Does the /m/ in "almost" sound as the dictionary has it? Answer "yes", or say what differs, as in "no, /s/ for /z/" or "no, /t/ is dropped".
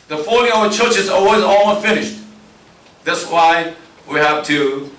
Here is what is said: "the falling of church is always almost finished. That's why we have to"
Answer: no, /m/ is dropped